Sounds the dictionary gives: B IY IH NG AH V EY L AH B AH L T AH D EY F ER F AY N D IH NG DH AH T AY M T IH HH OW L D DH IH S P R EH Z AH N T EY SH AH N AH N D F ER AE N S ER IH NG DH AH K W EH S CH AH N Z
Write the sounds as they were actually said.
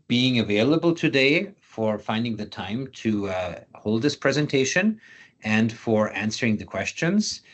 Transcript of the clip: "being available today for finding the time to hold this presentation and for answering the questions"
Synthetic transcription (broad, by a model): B IY IH NG AH V EY L AH B AH L T AH D EY F ER F AY N D IH NG DH AH T AY M T IH HH OW L D DH IH S P R EH Z AH N T EY SH AH N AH N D F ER AE N S ER IH NG DH AH K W EH S CH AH N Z